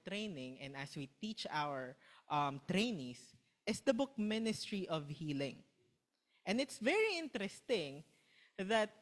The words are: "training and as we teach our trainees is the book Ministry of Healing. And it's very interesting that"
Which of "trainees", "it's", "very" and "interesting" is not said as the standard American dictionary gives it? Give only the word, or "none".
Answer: trainees